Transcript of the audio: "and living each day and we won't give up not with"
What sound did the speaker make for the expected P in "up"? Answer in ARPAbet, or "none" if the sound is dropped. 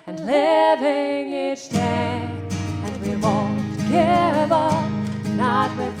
B